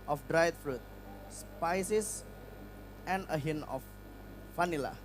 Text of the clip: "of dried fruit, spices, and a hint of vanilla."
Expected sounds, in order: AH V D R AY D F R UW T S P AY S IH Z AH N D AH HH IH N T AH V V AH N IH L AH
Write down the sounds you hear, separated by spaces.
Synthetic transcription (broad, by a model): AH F D R AY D F R UW T S P AY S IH S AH N AH HH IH N AH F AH N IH L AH